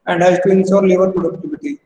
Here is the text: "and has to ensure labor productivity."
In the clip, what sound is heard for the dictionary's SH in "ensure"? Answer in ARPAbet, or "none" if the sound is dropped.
S